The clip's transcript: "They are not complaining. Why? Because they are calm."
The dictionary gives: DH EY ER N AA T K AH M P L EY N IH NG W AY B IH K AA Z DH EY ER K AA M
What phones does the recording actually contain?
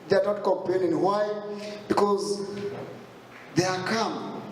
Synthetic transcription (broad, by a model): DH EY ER N AA T K AH M P L EY N IH NG W AY B IH K AA Z DH EY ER K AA M